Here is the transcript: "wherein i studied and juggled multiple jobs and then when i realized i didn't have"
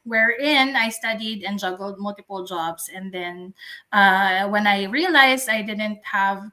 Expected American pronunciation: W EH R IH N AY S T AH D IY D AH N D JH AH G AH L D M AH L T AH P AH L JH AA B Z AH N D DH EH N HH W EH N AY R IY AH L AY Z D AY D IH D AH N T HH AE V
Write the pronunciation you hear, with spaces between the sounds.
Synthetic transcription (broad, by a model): W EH R IH N AY S T AH D IY D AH N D JH AH G AH L D M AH L T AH P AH L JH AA B S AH N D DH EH N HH W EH N AY R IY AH L AY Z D AY D IH D AH N T HH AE V